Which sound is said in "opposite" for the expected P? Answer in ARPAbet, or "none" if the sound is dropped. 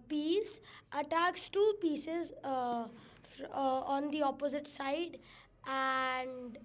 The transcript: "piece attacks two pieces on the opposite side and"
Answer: P